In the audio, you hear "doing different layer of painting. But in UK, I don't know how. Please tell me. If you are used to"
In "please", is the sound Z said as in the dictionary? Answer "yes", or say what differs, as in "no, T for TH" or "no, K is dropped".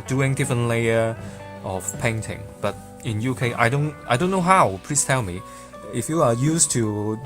no, S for Z